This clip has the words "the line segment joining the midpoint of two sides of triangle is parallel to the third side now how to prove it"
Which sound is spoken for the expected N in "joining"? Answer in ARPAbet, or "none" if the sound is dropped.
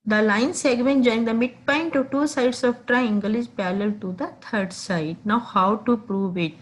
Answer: none